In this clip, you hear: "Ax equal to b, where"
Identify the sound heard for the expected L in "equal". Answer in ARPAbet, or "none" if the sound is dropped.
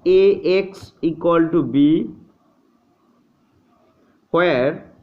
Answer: L